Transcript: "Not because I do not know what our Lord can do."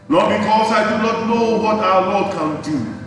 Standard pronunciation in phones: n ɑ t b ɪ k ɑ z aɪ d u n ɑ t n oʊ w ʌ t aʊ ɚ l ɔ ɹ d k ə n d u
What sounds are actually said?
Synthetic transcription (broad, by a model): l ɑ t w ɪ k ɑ s aɪ d u n ɑ t n oʊ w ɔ t aʊ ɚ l ɔ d k ə n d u